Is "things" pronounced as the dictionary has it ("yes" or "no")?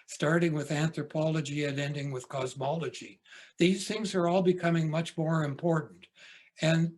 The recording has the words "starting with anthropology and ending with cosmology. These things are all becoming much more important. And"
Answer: yes